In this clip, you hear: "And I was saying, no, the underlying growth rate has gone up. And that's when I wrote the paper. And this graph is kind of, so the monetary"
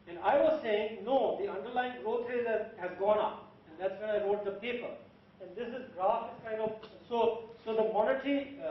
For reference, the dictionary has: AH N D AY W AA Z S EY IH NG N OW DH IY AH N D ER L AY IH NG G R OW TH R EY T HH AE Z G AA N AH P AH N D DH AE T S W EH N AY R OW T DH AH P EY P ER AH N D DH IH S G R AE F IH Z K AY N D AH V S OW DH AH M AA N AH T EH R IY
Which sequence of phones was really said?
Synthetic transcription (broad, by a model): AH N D AY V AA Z S EY IH NG N OW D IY AH N D ER L AY IH NG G R OW T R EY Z HH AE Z G AA N AH P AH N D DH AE T S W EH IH AY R OW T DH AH P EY P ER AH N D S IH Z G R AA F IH S K AY N D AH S S OW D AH M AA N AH T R IY